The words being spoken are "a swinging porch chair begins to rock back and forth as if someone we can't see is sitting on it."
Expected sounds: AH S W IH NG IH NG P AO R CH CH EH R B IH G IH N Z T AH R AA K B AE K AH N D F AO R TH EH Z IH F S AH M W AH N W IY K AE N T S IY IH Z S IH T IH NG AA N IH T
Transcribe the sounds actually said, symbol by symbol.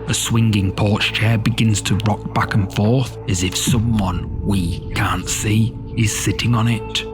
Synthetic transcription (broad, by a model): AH S W IH NG IH NG P AO R CH CH EH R B IH G IH N Z T AH R AA K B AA K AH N F AO R TH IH Z IH F S AH M W AH N W IY K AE N T S IY IH Z S IH T IH NG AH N IH T